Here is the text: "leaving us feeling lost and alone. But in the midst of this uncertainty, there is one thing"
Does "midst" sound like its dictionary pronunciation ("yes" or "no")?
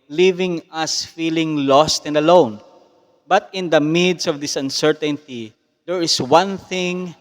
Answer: no